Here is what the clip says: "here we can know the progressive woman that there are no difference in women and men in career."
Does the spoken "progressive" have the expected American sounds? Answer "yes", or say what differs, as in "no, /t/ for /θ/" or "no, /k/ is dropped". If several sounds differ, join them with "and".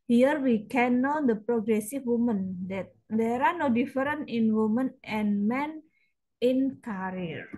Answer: no, /f/ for /v/